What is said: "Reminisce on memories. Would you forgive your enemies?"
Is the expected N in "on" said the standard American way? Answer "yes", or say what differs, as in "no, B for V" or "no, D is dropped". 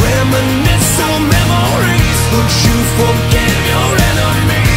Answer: no, L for N